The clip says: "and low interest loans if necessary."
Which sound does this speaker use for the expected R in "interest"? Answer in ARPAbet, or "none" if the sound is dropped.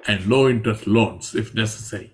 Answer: none